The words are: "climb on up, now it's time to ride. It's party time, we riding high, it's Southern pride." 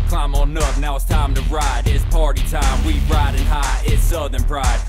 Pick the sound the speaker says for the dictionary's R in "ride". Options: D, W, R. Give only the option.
R